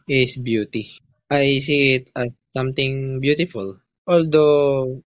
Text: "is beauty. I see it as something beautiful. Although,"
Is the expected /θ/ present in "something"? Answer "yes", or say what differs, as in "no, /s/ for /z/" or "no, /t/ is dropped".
no, /t/ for /θ/